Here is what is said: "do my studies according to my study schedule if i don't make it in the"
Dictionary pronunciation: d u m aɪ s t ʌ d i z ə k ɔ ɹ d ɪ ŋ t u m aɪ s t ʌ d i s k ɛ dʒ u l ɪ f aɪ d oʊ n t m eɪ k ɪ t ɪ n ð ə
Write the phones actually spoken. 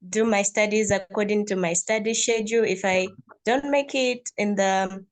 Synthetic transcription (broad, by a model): d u m aɪ s t ʌ d i z ə k ɔ ɹ d ɪ ŋ t u m aɪ s t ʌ d i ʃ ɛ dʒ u ɪ f aɪ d oʊ n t m eɪ k ɪ t ɪ n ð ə